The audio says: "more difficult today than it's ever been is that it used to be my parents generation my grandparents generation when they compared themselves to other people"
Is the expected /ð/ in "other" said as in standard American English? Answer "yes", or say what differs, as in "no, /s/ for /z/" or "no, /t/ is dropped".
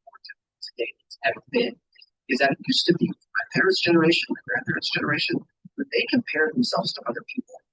yes